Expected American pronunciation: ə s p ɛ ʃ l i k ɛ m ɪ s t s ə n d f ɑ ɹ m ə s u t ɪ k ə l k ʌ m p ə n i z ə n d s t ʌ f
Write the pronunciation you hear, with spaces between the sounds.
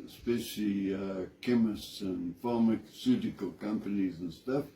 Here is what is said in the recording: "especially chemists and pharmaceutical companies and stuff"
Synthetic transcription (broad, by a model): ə s p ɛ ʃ l i k ɛ m ɪ s t s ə n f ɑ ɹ m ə s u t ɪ k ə l k ʌ m p ə n i z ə n s t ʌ f